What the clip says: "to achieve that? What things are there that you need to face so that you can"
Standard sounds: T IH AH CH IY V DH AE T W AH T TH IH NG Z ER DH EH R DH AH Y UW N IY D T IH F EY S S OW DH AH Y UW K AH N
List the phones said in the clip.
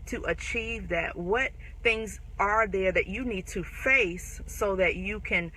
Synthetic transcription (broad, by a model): T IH AH CH IY V DH AE T W AH T TH IH NG Z ER DH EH R DH AH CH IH N IY D T IH F EY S S OW DH AH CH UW K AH N